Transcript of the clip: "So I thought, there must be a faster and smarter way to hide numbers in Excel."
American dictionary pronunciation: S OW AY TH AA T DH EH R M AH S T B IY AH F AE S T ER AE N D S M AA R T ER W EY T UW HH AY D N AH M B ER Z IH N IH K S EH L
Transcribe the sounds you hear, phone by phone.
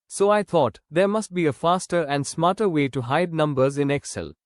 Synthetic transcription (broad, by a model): S OW AY T AA T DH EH R M AH S T B IY AH F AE S T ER AE N D S M AA R T ER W EY T UW HH AY D N AH M B ER Z IH N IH K S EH L